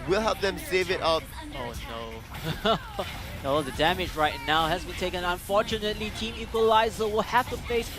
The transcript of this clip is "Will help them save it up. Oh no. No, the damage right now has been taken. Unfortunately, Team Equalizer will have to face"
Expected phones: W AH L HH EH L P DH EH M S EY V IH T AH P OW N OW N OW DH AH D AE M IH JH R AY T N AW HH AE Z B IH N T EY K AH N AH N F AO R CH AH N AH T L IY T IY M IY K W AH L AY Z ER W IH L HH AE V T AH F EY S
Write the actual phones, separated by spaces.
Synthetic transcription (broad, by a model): W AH L HH EH L P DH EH M S EY V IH T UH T OW N OW N OW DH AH D AE M IH JH R AY T N AW HH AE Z B IH N T EY K AH N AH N F AO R CH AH N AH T L IY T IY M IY K W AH L AY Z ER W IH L HH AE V T AH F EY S